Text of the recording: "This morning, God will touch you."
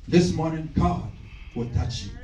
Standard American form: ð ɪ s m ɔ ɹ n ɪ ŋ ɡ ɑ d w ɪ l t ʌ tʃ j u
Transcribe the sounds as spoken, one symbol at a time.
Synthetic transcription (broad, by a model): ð ɪ s m ɔ ɹ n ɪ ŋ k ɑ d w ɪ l t ʌ tʃ j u